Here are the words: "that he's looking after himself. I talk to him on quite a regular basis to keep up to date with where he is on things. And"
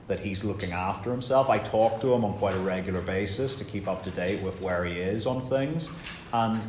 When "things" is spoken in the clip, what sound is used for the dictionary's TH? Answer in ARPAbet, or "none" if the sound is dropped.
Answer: TH